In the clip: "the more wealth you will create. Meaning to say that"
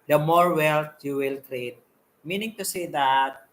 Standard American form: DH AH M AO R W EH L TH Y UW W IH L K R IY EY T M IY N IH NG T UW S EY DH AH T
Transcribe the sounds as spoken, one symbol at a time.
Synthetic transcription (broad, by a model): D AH M AO R W EH L T Y UW W IH L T R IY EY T M IY N IH NG T UW S EY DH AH T